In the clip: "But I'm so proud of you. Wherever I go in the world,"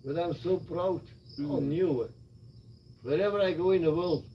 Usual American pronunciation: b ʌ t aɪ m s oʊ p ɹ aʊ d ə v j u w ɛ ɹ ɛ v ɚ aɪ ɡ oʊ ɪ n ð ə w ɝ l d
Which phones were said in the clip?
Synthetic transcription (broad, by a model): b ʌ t aɪ m s oʊ b ɹ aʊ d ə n j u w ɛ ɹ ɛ v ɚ aɪ ɡ oʊ ɪ n ð ə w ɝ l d